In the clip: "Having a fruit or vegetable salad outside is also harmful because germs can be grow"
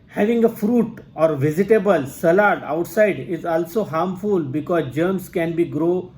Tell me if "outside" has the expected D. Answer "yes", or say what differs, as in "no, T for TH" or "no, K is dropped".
yes